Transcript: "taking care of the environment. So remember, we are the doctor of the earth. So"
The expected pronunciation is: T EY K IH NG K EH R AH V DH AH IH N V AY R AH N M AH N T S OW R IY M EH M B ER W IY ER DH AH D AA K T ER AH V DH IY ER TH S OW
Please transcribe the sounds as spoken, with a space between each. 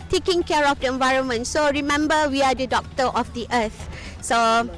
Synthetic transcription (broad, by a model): T EY K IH NG K EH R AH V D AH IH N V AY R AH N M AH N T S OW R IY M EH M B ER W IY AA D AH D AA K T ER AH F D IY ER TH S OW